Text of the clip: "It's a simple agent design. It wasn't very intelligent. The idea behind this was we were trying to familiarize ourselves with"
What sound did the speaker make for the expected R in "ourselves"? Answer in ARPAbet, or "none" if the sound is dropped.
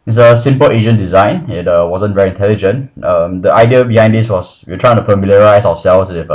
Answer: W